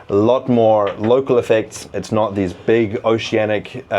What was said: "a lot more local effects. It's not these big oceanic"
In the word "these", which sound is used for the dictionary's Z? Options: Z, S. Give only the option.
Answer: Z